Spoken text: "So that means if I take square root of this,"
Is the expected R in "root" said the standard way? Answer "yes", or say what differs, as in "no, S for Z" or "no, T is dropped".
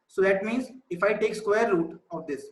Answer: no, L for R